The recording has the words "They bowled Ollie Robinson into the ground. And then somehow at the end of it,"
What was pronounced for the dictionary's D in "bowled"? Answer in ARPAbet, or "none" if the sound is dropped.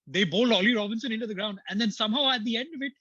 none